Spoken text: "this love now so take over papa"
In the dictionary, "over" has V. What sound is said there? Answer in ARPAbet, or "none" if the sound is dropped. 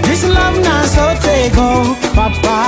none